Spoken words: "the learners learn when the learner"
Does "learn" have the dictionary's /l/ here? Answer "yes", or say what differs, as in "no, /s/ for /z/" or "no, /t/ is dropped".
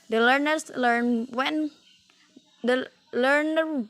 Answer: yes